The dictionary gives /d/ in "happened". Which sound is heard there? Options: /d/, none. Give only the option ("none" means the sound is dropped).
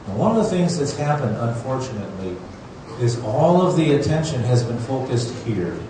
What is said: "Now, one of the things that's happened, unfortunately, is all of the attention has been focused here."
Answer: /d/